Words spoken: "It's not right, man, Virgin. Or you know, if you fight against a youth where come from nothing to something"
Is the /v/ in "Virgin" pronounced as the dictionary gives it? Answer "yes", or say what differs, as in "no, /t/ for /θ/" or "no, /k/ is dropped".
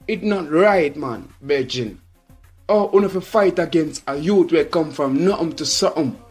no, /b/ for /v/